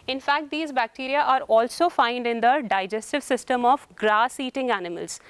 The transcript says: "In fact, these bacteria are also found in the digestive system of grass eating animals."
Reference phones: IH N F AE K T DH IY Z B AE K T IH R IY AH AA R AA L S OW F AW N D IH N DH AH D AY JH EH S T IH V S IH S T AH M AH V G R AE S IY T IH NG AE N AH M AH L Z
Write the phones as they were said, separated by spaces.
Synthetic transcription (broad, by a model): IH N F AE K T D IY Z B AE K T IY R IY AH AA R AA L S OW F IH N D IH N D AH D AY JH EH S T IH V S IH S T AH M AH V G R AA S IY T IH NG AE N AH M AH L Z